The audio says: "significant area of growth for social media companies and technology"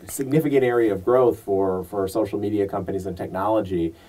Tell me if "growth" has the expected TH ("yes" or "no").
yes